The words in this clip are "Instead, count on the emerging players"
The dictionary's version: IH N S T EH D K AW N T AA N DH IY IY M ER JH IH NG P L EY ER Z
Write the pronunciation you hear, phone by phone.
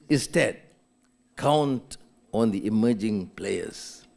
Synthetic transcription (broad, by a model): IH N S T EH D K AW N T AA N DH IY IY M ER JH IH NG P L EY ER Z